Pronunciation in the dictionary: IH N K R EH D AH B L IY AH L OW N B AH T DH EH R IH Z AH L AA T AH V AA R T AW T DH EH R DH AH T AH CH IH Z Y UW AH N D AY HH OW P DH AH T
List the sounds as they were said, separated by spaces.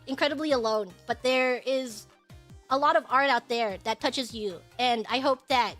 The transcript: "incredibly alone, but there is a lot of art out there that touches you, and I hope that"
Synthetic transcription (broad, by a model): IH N K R EH D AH B L IY AH L OW N B AH T DH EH R IH Z AH L AA T AH V AA R T AW T DH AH R DH AH T AH CH IH Z Y UW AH N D AY HH OW P DH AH T